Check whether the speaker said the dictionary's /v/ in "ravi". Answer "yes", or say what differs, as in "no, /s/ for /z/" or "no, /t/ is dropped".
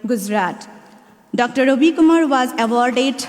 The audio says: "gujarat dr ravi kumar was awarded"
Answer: no, /b/ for /v/